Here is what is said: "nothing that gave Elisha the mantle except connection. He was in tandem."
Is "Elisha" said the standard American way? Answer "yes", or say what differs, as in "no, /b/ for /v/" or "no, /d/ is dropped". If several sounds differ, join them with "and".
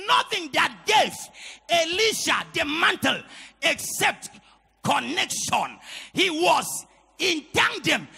yes